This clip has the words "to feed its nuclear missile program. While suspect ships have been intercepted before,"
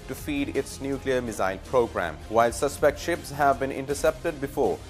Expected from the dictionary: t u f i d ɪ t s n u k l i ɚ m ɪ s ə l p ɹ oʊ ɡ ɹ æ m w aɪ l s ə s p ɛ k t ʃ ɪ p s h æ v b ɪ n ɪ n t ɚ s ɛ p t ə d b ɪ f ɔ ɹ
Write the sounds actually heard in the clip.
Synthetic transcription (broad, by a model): t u f i d ɪ t s n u k l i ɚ m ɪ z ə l p ɹ oʊ ɡ ɹ æ m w aɪ l s ə s p ɛ k t ʃ ɪ p s h æ v b ɪ n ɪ n t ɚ s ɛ p t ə d b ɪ f ɔ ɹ